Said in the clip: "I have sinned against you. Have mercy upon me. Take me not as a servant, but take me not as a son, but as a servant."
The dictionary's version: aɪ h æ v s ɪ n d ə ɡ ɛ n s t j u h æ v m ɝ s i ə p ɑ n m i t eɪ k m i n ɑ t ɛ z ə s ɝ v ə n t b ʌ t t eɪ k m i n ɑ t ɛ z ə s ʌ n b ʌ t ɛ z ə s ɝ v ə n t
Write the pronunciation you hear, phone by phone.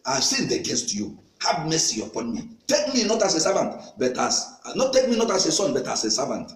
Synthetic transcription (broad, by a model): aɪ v s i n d ə ɡ ɛ n s t j u h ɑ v m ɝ s i ə p ɑ n m i t eɪ k m i n ɑ t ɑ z ə s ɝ v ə n t b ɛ t t eɪ k m i n ɑ t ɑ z ə s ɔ n b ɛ t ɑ s ə s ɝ v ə n t